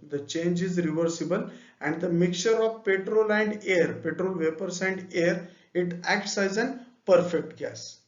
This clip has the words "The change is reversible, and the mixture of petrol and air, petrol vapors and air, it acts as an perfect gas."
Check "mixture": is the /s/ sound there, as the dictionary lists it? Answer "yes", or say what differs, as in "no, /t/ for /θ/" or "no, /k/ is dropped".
no, /s/ is dropped